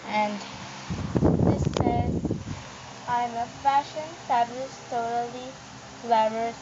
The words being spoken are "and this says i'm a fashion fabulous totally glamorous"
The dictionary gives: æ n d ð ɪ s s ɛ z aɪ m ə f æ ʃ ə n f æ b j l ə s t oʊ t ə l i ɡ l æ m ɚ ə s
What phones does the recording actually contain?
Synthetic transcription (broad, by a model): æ n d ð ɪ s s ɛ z aɪ m ə f æ ʃ ə n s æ b l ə ʃ t oʊ t ə l i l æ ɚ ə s